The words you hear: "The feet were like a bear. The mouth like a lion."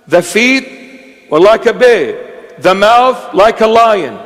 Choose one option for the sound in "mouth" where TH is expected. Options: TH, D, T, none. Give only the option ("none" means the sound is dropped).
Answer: TH